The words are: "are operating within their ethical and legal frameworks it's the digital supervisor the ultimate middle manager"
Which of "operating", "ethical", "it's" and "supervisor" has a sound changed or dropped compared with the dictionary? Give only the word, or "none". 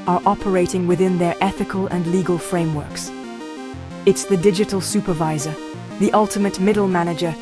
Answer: none